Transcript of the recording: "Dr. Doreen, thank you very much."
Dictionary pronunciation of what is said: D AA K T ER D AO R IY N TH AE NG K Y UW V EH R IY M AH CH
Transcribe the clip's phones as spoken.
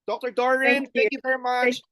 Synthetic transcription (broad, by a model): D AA K T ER D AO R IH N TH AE K Y UW V EH R IY M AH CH